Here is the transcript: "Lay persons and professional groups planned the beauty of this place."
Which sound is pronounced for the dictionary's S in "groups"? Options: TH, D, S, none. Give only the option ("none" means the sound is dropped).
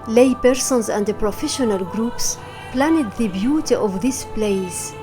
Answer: S